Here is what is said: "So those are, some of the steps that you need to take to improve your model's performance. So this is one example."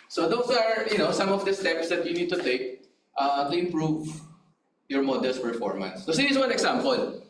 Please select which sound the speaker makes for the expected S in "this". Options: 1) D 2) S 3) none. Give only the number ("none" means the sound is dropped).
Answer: 3